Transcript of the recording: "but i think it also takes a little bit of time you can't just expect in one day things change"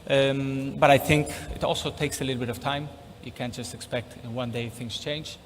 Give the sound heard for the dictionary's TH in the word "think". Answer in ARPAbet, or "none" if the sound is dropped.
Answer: TH